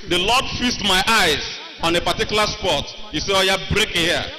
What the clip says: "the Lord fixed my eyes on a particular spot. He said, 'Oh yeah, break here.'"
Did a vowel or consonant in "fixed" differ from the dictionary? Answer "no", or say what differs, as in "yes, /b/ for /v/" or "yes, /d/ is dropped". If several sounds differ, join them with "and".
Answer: yes, /k/ is dropped